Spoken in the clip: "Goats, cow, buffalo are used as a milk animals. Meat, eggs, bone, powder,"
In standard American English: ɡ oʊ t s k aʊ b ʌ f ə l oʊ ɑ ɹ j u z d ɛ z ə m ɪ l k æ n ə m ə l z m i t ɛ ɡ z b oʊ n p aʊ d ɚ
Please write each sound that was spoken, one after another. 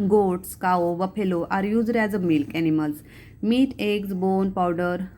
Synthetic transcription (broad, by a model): ɡ oʊ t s k aʊ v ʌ p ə l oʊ ɑ ɹ j u z d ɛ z ə m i l k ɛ n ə m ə l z m i t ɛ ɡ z b oʊ n p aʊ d ɚ